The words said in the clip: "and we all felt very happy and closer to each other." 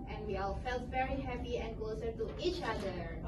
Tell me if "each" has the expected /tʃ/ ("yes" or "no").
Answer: yes